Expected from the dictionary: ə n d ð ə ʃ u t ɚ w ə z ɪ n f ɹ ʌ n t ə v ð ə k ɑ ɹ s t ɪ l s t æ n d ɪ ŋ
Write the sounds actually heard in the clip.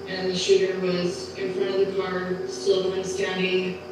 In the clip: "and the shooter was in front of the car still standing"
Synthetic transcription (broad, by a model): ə n ð ə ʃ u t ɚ w ə z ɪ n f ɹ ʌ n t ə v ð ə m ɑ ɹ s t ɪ n s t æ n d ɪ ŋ